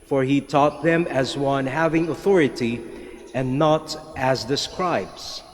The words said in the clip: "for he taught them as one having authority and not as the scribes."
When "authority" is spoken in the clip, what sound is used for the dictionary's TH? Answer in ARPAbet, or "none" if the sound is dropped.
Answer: TH